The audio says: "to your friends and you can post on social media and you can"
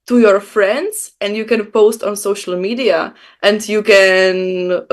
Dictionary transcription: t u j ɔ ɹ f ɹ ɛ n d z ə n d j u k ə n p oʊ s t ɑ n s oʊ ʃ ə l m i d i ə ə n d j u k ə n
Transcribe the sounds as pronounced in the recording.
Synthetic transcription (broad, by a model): t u j ɔ ɹ f ɹ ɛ n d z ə n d j u k ə n p oʊ s t ɑ n s oʊ ʃ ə l m i d i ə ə n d j u k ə n